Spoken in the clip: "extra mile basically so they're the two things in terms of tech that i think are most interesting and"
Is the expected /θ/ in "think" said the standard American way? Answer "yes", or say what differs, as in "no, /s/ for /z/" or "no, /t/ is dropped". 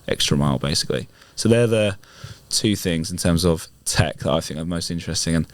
yes